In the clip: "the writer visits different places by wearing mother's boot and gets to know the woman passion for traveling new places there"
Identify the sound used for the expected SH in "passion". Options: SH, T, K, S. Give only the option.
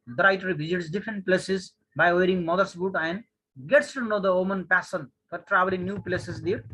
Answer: S